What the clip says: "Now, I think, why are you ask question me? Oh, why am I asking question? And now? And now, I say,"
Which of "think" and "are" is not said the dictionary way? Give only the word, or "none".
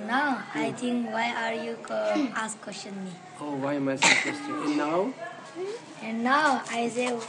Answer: think